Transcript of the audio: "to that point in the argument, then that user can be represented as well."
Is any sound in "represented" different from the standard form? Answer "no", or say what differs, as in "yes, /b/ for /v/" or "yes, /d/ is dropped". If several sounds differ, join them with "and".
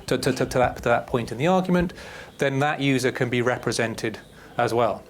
no